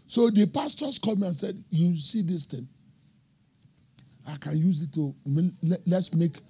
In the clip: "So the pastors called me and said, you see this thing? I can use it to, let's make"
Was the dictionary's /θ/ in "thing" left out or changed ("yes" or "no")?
yes